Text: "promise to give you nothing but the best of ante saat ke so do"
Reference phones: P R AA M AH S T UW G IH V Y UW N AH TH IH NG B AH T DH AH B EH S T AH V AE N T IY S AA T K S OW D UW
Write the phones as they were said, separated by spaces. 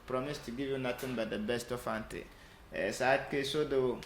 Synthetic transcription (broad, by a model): P R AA M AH S T UW G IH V Y UW N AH T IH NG B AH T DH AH B EH S T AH F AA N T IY S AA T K S OW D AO